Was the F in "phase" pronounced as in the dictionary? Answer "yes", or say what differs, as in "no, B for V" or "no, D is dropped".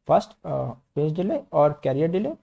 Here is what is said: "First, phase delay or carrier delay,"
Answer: no, P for F